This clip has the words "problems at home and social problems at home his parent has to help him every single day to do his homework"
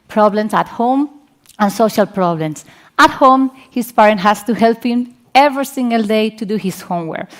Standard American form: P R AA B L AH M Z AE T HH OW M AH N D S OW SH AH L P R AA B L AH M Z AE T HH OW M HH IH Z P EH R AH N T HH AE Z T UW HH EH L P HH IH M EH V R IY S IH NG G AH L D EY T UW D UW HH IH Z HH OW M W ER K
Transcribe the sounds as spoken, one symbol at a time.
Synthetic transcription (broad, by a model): P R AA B L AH M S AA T HH OW M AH N S OW SH AH L P R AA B L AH M S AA T HH OW M HH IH S P EH R AH N T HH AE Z T UW HH EH L P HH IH M EH V R IY S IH NG G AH L D EY T UW D UW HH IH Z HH OW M W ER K